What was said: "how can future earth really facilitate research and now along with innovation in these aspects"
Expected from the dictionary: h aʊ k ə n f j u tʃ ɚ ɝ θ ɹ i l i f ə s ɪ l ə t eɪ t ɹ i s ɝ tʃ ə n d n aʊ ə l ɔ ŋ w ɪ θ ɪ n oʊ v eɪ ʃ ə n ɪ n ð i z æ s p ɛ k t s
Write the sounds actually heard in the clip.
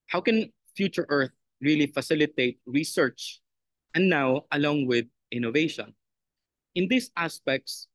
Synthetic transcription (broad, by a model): h aʊ k ə n f j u tʃ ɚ ɝ θ ɹ i l i f ə s ɪ l ə t eɪ t ɹ i s ɝ tʃ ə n n aʊ ə l ɔ ŋ w ɪ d ɪ n oʊ v eɪ ʃ ə n ɪ n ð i s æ s p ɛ k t s